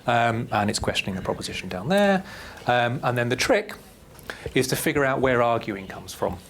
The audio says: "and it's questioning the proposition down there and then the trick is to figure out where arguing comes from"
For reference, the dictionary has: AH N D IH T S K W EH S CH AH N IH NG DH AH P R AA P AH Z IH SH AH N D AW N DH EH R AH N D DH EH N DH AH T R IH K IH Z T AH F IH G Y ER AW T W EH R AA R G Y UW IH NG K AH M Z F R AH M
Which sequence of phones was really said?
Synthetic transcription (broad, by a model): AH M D IH T S K W EH S CH AH N IH NG DH AH P R AA P AH Z IH SH AH N D AW N DH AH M AH N DH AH N DH AH T R IH K IH Z T AH F IH G Y ER AW T W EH R AA G Y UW IH NG K AH M Z F R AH M